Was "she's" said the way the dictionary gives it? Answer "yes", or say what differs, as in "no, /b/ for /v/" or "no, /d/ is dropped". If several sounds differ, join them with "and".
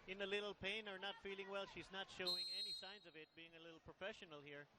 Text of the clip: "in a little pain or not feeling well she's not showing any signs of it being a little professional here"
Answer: yes